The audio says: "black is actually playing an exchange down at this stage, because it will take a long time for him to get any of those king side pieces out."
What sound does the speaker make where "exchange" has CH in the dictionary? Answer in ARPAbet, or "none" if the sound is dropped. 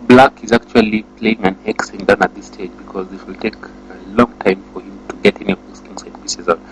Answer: none